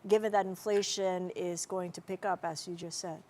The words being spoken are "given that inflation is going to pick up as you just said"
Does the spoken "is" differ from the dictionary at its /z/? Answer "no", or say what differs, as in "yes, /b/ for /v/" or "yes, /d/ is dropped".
no